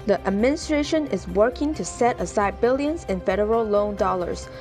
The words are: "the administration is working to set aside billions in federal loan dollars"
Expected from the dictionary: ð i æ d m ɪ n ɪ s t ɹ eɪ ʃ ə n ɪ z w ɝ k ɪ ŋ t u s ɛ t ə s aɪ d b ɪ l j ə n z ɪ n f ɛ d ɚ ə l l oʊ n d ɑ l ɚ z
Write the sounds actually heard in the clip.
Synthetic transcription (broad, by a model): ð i æ d m ɪ n ɪ s t ɹ eɪ ʃ ə n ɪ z w ɝ k ɪ ŋ t u s ɛ t ə s aɪ d b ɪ l j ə n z ɪ n f ɛ d ɚ ə l l oʊ n d ɑ l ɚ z